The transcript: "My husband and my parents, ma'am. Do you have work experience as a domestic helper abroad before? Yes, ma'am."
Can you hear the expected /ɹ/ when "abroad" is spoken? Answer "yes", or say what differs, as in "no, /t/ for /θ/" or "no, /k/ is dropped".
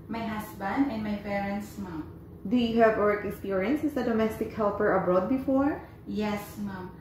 yes